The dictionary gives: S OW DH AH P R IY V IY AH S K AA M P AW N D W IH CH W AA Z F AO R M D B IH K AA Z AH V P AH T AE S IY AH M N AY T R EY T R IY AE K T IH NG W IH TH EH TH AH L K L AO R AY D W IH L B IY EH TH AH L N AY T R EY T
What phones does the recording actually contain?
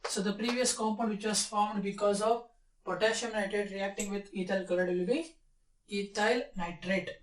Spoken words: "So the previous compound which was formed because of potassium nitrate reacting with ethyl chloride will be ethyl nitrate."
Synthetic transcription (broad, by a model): S OW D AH P R IY V IY AH S K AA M P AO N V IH CH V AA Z F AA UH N D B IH K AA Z AH V P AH T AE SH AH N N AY T R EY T R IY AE K T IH NG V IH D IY T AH L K AH L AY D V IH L B IY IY T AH L N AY T R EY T